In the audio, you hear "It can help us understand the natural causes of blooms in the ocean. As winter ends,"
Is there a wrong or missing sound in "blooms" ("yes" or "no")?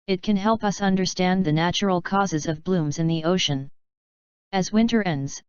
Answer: no